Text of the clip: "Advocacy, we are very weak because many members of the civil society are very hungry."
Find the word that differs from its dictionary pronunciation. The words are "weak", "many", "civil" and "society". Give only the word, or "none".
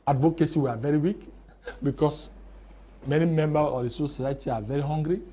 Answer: civil